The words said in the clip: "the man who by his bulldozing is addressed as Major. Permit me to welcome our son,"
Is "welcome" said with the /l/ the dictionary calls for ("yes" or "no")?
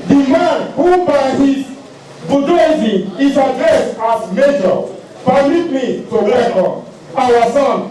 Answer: no